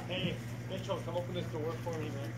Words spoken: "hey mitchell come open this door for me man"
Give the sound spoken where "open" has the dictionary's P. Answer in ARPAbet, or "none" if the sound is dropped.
P